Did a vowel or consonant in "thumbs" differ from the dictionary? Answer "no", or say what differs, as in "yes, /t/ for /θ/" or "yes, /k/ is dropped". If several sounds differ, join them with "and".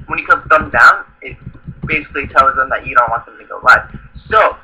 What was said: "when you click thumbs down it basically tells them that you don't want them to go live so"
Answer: yes, /z/ is dropped